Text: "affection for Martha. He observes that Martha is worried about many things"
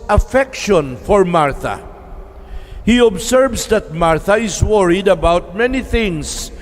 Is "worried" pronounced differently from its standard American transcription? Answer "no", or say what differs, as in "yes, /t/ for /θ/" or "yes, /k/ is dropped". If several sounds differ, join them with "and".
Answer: no